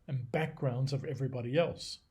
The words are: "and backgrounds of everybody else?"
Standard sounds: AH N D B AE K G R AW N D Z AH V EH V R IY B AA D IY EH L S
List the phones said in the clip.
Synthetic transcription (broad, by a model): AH N B AE K G R AW N D Z AH V EH V R IY B AA D IY EH L S